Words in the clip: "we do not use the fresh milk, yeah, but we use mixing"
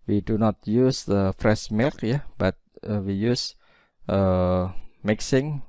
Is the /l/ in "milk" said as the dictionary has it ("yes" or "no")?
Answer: yes